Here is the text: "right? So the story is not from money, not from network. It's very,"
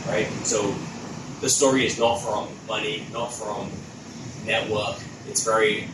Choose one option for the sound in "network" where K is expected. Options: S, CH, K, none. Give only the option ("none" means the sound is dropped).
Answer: K